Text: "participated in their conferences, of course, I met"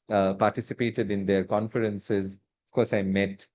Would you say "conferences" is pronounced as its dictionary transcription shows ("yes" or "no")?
yes